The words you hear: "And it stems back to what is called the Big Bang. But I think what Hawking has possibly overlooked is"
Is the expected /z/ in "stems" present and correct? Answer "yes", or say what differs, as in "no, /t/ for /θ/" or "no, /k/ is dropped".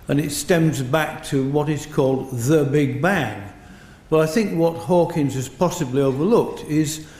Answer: yes